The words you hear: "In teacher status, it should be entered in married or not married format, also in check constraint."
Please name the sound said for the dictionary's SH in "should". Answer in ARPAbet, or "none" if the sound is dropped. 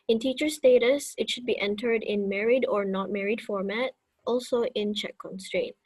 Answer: SH